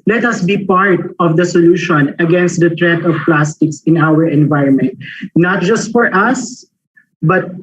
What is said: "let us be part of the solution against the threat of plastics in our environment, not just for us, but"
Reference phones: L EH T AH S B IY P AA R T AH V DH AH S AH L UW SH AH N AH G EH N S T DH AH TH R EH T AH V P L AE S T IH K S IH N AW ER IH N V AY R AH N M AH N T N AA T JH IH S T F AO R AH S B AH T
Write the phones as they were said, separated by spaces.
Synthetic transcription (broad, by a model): L EH T AH S B IY P AA R T AH V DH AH S AH L UW SH AH N AH G EH N S T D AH T R EH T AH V P L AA S T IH K S IH N AW ER IH N V AY R AH N M AH N T N AA T JH IH S T F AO R AH S B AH T